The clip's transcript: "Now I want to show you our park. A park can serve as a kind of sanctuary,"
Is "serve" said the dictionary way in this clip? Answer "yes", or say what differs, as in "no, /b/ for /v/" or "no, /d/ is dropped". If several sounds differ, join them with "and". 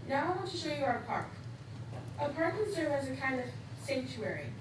no, /w/ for /v/